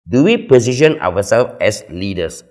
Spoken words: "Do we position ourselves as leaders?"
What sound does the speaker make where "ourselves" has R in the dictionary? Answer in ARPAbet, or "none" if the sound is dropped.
W